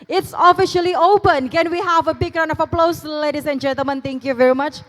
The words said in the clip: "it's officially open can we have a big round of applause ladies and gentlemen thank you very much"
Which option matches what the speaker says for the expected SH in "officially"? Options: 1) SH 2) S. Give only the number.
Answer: 1